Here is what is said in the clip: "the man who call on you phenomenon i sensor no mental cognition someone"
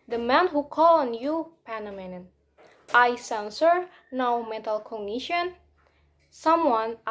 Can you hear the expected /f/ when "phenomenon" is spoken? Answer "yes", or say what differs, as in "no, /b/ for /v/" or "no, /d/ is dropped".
no, /p/ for /f/